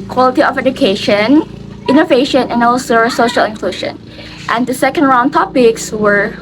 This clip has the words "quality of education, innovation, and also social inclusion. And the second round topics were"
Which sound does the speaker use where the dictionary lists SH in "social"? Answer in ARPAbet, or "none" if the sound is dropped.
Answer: SH